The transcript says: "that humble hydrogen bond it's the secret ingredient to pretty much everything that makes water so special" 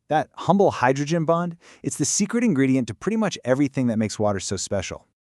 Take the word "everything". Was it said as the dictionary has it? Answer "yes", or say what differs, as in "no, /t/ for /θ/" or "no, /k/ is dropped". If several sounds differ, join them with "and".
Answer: yes